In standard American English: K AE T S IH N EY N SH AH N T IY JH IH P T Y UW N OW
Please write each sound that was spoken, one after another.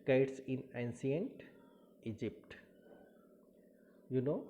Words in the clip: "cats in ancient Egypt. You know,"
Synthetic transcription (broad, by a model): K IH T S IH N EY N S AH N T IY JH IH P T Y UW N OW